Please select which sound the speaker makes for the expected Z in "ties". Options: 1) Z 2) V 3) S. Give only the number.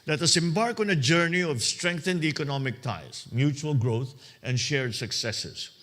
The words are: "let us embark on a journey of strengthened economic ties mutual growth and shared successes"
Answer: 3